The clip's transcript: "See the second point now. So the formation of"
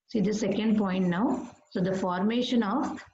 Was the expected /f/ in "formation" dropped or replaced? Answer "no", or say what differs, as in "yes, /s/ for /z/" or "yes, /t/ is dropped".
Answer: no